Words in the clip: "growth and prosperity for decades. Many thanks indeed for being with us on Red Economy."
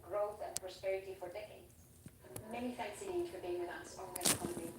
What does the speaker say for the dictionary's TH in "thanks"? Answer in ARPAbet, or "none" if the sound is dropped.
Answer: F